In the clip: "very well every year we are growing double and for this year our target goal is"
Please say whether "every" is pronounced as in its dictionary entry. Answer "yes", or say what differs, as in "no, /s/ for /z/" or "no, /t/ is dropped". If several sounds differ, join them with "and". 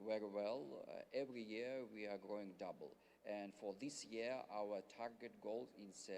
yes